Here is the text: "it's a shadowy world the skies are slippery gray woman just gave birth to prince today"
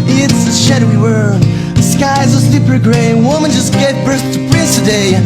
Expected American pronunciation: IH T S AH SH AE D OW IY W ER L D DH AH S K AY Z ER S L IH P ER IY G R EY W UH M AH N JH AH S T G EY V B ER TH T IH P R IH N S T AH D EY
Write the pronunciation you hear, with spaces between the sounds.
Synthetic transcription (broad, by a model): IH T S AH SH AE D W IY W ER DH AH S K AY Z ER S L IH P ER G R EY W UH M AH N JH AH S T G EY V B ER S T IH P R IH S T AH D EY